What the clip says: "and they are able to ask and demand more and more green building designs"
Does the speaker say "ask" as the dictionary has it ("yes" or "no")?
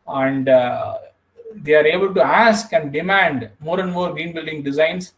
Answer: yes